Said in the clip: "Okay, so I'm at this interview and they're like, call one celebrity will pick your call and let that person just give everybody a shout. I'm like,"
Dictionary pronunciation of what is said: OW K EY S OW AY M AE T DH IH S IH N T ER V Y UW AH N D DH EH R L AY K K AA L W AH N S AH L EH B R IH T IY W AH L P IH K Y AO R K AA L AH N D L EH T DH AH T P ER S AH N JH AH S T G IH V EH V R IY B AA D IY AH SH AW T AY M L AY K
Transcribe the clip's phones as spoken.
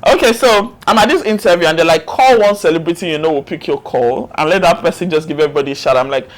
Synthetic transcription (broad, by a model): OW K EY S OW AY M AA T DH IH S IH N T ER V Y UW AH N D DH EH L AY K K AA L W AH N S AH L EH B R IH T IY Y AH W P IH K Y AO K AA L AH N L EH T DH AH T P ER S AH N JH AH S G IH V EH V R IY B AA D IY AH SH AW T AY M L AY K